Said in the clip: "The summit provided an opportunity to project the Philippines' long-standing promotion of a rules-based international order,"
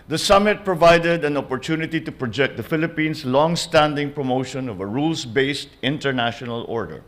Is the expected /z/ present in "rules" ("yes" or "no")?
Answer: no